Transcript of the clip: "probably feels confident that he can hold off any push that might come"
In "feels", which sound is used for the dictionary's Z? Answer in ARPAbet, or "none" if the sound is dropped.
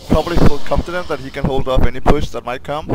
none